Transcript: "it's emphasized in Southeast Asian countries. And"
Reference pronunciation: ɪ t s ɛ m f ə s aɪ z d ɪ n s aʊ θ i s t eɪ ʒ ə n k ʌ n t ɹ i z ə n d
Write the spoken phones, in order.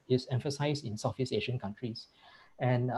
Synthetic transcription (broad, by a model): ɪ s ɛ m f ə s aɪ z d ɪ n s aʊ f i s eɪ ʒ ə n k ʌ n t ɹ i s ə n